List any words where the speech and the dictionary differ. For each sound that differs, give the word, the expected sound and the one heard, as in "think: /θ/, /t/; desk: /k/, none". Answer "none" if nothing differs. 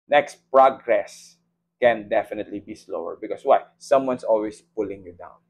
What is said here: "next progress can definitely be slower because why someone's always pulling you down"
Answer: because: /z/, /s/; someone's: /z/, /s/; always: /z/, /s/